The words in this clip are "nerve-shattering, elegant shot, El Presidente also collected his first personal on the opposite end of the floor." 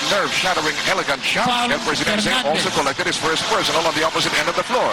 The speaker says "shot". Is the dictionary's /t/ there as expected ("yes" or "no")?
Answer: no